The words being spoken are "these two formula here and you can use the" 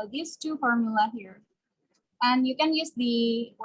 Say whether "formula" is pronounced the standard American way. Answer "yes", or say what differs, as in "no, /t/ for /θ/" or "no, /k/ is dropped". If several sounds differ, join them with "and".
yes